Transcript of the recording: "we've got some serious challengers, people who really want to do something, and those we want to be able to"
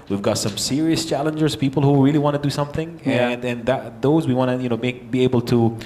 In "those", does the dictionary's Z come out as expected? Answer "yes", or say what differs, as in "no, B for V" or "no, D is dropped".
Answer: yes